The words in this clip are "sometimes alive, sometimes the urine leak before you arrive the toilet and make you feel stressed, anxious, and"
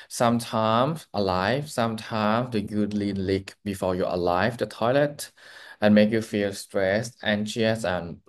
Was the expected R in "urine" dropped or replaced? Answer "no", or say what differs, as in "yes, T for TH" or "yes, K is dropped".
yes, L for R